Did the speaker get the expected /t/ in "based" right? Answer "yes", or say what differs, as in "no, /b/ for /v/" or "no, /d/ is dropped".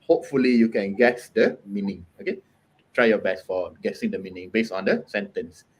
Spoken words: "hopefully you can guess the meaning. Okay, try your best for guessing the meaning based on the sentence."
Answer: no, /t/ is dropped